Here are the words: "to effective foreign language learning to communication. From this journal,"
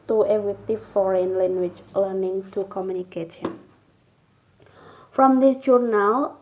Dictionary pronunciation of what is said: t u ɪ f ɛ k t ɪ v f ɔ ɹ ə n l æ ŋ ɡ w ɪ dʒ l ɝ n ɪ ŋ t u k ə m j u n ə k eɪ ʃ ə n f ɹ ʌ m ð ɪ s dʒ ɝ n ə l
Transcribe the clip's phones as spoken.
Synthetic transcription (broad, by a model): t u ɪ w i t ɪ f ɔ ɹ ə n l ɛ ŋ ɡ w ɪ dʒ l ɝ n ɪ ŋ t u k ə m j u n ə k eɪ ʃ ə n f ɹ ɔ m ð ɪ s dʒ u n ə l